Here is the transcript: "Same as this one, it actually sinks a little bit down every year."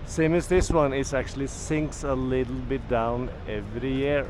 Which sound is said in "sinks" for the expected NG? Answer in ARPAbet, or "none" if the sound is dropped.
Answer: NG